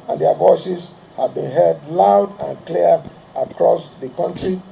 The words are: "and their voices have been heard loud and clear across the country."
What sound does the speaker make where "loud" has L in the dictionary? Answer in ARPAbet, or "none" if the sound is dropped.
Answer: L